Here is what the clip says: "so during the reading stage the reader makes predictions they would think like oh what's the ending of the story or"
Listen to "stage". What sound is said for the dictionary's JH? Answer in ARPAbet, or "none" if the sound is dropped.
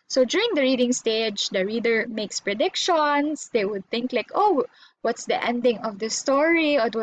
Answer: JH